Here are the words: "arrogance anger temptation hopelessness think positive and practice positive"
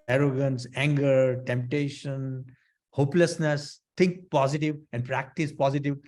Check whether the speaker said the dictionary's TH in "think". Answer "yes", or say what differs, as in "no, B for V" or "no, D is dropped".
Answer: no, T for TH